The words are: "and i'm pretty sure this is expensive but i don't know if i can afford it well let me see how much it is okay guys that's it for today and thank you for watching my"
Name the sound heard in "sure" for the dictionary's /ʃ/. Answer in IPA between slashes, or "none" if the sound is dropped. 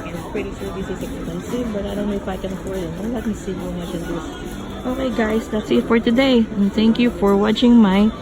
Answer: /s/